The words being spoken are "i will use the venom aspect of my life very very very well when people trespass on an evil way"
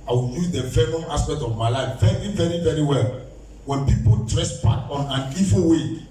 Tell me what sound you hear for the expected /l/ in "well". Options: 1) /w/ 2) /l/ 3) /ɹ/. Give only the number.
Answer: 2